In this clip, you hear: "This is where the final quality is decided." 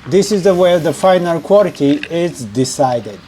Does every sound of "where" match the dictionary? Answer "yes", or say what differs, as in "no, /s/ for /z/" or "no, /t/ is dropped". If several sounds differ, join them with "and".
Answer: no, /w/ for /ɹ/